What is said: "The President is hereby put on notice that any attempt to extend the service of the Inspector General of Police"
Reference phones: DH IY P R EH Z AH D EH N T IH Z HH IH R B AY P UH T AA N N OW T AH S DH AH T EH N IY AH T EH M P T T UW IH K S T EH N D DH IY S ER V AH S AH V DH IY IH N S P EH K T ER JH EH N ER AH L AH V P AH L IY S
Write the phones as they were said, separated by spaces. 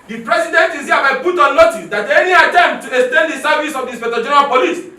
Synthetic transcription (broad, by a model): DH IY P R EH S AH D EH N T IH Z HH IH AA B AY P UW T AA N N OW T AH S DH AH T EH N IY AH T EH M T T UW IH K S T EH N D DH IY S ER V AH S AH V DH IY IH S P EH T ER JH EH N ER AH L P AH L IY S